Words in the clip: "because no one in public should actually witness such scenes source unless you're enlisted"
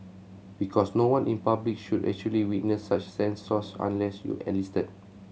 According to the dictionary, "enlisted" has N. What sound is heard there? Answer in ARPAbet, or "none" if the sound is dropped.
none